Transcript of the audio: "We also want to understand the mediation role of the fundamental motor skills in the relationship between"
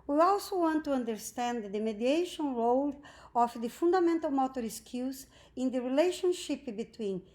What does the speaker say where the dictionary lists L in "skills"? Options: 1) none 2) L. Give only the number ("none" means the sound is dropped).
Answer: 1